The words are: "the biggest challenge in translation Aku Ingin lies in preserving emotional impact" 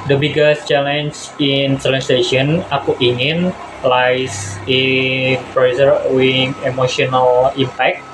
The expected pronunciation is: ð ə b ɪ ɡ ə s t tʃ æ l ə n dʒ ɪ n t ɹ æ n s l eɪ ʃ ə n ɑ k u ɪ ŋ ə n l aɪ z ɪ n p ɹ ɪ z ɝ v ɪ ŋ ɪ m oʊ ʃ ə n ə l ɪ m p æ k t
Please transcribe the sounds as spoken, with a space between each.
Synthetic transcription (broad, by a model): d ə b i ɡ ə s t tʃ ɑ l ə n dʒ ɪ n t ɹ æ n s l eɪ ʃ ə n ɑ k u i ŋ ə n l aɪ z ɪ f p ɹ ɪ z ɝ w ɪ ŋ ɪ m oʊ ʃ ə n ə l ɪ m p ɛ k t